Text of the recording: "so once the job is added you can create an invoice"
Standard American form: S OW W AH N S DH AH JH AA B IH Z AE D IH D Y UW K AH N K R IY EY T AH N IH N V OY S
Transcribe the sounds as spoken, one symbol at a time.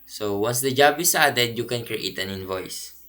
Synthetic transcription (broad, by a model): S OW W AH N S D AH JH AA B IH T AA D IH D Y UW K AH N K R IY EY T AH N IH N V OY S